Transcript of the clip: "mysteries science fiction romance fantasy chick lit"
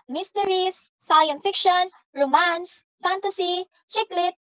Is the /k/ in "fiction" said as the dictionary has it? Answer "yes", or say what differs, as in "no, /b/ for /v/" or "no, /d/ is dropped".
yes